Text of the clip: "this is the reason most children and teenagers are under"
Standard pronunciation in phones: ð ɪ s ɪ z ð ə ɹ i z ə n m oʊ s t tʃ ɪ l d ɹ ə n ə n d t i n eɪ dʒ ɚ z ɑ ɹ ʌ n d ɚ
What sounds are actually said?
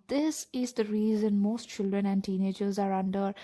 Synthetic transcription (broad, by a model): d ɪ s ɪ z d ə ɹ i z ə n m oʊ s t tʃ ɪ l d ɹ ə n ə n d t i n eɪ dʒ ɚ z ɑ ɹ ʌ n d ɚ